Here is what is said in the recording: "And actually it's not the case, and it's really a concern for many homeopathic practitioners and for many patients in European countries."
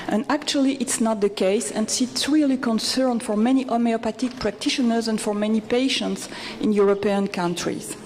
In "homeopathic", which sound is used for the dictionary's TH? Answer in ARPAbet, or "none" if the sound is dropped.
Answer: T